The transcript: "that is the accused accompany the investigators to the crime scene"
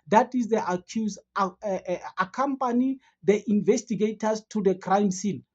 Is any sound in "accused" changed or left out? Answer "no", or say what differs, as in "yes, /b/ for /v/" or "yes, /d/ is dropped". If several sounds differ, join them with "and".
yes, /d/ is dropped